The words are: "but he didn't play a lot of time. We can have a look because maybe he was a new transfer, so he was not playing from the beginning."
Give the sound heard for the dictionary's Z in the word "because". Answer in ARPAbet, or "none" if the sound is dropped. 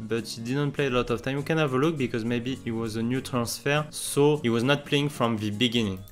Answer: Z